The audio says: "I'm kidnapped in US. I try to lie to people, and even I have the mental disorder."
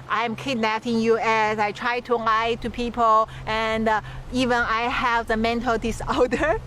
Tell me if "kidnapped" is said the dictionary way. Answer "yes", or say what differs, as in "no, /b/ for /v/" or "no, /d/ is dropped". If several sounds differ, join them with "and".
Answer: no, /p/ is dropped